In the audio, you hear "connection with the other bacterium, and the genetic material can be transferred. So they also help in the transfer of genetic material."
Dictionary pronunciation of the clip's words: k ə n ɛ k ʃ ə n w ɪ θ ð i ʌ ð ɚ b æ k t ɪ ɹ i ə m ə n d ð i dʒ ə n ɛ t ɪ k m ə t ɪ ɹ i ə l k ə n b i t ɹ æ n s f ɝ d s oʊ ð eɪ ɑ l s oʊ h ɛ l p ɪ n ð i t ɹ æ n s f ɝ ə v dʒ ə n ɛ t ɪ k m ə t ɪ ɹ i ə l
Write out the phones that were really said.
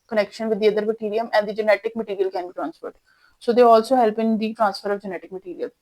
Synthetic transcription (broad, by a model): k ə n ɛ k ʃ ə n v ɪ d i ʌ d ɚ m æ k t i ɹ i ə m ə n d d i dʒ ə n ɛ t ɪ k m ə t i ɹ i ə l k ə n b i t ɹ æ n s p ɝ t s oʊ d eɪ ɑ l s oʊ h ɛ l p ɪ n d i t ɹ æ n s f ɝ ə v dʒ ə n ɛ t ɪ k m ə t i ɹ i ə l